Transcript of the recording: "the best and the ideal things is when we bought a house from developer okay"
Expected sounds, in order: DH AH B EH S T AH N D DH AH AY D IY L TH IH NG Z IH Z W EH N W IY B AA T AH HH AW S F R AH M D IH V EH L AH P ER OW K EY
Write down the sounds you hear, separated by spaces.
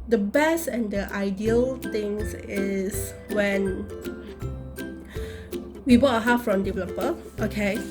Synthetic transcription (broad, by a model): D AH B EH S T AH N D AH AY D IY L T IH NG S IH S W EH N W IY B AA T AH HH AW F R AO M D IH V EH L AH P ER OW K EY